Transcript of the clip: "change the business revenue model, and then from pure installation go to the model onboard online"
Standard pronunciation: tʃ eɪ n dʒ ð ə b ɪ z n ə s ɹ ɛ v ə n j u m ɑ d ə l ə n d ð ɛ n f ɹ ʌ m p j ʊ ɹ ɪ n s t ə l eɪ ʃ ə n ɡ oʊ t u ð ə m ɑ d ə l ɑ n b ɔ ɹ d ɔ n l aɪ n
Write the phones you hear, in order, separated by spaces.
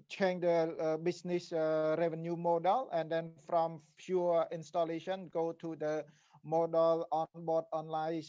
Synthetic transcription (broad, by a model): tʃ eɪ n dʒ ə b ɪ s n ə s ɹ ɛ v ə n j u m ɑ d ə l ə n d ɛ n f ɹ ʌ m f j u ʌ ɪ n s t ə l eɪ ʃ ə n ɡ oʊ t u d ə m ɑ d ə l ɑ n b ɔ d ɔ n l aɪ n